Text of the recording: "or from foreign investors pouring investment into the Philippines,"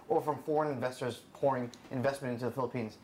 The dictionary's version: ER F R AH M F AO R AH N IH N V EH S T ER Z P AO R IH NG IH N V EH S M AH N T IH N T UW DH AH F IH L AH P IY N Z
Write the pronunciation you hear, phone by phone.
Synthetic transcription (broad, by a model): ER F R AH M F AO R AH N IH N V EH S T ER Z P AO R IH NG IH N V EH S M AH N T IH N T UW DH AH F IH L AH P IY N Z